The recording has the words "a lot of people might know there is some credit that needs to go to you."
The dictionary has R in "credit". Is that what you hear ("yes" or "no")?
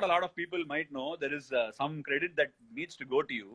yes